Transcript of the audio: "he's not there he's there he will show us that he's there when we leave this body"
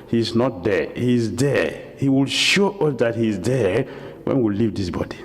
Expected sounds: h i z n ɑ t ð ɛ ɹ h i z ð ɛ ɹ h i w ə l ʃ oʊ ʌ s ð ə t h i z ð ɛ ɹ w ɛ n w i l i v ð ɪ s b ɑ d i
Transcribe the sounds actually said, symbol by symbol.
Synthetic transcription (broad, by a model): h i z n ɑ t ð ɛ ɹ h i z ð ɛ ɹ h i w ə l ʃ oʊ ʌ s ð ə t h i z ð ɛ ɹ w ɛ n w i l i v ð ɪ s b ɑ d i